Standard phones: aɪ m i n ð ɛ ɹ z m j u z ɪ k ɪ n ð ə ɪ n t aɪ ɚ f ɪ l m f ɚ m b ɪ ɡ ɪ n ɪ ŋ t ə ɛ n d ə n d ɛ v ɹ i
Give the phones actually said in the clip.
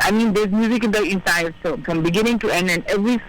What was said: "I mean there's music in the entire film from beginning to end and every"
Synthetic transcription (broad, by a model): aɪ m i n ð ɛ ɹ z m j u z ɪ k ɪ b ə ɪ n s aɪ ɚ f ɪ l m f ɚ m b ɪ ɡ ɪ n ɪ ŋ t ə ɛ n d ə n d ɛ v ɹ i